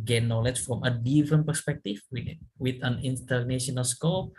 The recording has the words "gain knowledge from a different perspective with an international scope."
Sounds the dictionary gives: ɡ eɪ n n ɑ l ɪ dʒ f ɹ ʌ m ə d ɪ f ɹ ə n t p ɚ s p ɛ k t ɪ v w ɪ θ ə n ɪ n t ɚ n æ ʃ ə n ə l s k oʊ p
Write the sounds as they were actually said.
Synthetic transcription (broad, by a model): ɡ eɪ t n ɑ l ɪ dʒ f ɹ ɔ m ə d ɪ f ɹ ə n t p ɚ s p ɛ k t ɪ w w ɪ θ ə n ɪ n t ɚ n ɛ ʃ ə n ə l s k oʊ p